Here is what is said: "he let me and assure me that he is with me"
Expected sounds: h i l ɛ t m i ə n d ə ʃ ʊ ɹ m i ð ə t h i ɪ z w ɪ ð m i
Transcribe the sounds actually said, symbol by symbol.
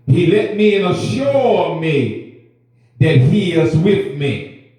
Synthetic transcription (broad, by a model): h i l ɛ t m i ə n ə ʃ ʊ ɹ m i ð ə t h i ɪ z w ɪ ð m i